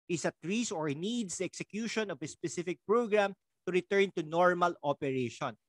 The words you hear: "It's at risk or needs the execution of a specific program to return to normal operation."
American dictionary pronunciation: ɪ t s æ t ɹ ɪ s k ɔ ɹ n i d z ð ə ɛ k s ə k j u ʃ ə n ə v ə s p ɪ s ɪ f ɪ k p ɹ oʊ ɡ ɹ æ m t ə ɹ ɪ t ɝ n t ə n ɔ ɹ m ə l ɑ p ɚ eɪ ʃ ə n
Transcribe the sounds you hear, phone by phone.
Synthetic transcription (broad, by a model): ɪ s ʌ t ɹ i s ɔ ɹ n i d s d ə ɛ k s ə k j u ʃ ə n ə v ə s p ɪ s ɪ f ɪ k p ɹ oʊ ɡ ɹ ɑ m t ə ɹ ɪ t ɝ n t ə n ɔ ɹ m ə l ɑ p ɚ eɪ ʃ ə n